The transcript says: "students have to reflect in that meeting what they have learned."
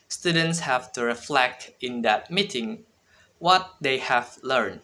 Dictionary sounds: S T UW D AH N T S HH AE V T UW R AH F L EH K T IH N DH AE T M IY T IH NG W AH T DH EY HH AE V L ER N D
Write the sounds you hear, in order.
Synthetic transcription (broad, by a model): S T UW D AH N T S HH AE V T UW R AH F L EH K T IH N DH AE T M IY T IH NG W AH T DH EY HH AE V L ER N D